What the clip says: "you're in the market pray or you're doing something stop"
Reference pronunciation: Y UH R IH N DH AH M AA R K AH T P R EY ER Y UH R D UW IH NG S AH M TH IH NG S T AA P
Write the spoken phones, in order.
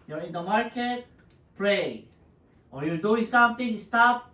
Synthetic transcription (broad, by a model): Y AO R IH N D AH M AA R K AH T P R EY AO Y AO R D UW IH NG S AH M T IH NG S T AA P